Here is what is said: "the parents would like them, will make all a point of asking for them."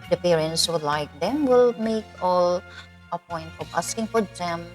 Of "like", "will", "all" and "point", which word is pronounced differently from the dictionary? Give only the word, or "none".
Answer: none